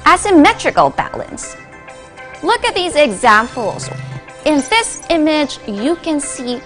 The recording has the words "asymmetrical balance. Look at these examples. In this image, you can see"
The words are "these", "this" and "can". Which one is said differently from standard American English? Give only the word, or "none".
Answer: none